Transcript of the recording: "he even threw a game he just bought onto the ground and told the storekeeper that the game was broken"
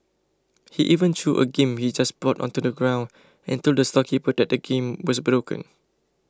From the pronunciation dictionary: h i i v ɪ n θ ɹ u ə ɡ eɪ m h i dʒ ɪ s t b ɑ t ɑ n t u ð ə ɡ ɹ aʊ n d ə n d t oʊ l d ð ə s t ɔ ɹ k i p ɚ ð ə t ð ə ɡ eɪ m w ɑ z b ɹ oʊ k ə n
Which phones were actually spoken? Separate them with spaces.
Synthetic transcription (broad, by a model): h i i v ɪ n t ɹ u ə ɡ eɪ m h i dʒ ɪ s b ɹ ɑ t ɑ n t u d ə ɡ ɹ aʊ n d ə n t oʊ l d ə s t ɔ k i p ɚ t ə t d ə ɡ eɪ m w ɑ s b ɹ oʊ k ə n